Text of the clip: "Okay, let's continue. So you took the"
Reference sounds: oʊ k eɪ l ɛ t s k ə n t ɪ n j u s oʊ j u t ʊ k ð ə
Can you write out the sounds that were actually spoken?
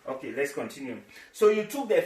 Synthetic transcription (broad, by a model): oʊ k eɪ l ɛ t s k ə n t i n j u s oʊ j u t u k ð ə